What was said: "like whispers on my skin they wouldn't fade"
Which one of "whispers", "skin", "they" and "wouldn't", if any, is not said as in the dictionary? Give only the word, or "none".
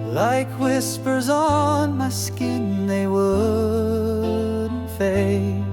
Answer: wouldn't